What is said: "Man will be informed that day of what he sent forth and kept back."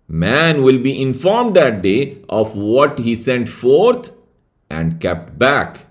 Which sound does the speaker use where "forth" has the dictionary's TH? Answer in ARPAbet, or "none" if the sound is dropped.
T